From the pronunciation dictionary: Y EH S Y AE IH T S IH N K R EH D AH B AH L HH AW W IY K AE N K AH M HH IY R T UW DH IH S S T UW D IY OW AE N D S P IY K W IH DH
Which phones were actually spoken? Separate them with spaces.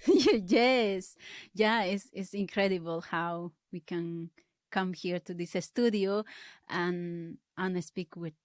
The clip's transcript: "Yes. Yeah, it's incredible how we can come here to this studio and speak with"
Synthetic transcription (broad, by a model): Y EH S Y AE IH S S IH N K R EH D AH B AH L HH AW W IY K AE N K AH M HH IY R T UW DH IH S S T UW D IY OW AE N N S P IY K W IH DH